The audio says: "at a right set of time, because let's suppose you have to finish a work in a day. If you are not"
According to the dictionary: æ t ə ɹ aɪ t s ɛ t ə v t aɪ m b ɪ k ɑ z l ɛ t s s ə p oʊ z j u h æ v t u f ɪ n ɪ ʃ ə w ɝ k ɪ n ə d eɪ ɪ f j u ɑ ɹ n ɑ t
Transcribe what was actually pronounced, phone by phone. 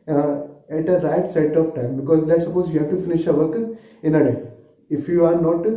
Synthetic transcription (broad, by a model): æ t ə ɹ aɪ t s ɛ t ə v t aɪ m b ɪ k ɑ z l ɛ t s s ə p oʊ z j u h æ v t u f ɪ n ɪ ʃ ə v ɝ k ɪ n ə d eɪ ɪ f j u ɑ ɹ n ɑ t